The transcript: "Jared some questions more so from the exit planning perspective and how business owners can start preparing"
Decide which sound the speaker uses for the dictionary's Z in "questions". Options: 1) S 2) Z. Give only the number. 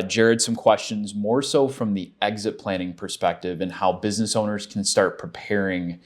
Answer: 2